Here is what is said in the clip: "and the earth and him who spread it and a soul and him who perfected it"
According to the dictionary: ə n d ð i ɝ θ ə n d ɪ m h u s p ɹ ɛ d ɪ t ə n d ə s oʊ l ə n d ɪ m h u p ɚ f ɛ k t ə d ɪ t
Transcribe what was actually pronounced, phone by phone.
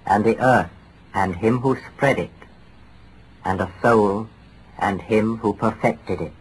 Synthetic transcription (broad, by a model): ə n ð i ɝ θ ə n ɪ m h u s p ɹ ɛ d ɪ t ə n ə s oʊ l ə n ɪ m h u p ɚ f ɛ k t ə d ɪ t